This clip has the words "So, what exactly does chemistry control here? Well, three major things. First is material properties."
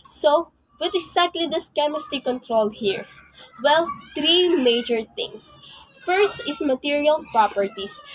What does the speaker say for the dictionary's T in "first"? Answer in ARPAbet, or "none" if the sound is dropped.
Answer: T